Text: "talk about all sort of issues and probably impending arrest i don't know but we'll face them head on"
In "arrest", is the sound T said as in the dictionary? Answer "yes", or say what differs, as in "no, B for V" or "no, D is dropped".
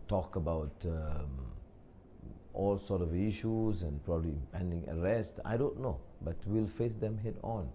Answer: yes